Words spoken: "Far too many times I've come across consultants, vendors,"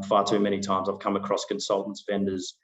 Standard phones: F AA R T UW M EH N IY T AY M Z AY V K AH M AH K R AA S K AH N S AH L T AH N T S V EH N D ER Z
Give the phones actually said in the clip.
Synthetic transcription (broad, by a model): F AA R T UW M EH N IY T AY M Z AY V K AH M AH K R AA S K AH N S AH L T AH N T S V EH N D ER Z